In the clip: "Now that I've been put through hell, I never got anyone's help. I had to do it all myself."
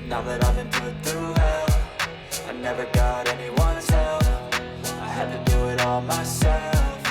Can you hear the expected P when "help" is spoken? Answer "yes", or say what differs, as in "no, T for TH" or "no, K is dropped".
no, F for P